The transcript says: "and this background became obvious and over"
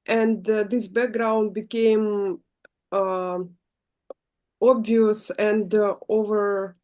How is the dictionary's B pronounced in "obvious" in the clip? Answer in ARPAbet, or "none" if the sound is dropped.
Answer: B